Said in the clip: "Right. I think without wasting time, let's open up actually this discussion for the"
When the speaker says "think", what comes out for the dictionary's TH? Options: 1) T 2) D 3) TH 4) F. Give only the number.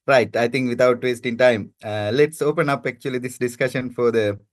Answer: 1